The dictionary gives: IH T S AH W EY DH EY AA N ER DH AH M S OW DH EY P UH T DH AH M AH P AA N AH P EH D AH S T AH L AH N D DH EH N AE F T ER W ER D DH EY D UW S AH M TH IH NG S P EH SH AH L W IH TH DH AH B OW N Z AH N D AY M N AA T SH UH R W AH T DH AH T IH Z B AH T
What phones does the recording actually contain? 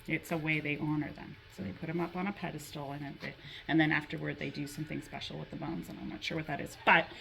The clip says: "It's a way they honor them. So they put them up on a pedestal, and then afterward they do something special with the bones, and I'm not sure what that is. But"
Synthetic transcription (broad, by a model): IH T S AH W EY DH EY AA N ER DH AH M S OW DH EY P UH T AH M AH P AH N AH P EH D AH S T L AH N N DH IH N AE F T ER W ER D DH EY D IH S AH M TH IH NG S P EH SH L W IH DH AH B OW N Z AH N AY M N AA T SH UH R W AH T DH AH T IH Z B AH T